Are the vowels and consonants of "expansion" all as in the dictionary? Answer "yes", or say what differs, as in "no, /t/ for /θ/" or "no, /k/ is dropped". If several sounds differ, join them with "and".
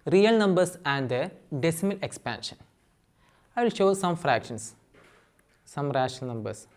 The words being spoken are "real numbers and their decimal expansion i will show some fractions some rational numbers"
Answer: yes